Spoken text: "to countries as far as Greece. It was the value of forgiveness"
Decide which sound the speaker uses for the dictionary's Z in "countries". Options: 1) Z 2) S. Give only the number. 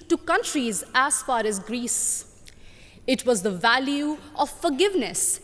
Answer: 1